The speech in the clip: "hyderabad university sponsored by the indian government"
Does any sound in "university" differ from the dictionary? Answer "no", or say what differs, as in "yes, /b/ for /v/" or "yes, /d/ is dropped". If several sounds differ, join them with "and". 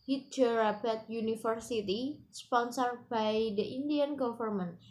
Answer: yes, /f/ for /v/